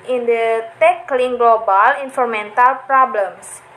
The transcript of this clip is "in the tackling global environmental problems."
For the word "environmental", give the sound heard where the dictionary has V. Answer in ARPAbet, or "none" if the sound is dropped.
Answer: F